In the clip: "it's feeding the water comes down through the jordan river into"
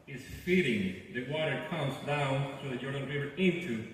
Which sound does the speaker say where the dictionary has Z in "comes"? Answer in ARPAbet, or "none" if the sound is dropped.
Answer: Z